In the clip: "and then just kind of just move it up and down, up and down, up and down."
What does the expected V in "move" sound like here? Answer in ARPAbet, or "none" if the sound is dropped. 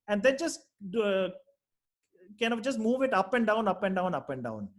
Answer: V